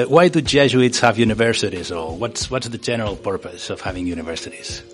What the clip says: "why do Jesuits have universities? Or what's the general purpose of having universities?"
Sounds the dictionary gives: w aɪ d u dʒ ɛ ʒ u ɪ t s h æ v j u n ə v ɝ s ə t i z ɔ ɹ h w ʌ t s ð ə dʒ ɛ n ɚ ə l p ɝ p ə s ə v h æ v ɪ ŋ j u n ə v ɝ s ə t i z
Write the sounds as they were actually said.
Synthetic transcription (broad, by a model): w aɪ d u dʒ ɛ ʒ u ɪ t s h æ v j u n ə v ɝ s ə t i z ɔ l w w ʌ t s ð ə dʒ ɛ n ɚ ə l p ɝ p ə s ə v h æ v ɪ ŋ j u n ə v ɝ s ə t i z